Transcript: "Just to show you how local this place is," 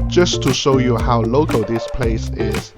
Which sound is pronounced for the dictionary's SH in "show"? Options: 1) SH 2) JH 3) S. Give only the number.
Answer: 1